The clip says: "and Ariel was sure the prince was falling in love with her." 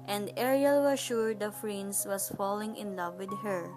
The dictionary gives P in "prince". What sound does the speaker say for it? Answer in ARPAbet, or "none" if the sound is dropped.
F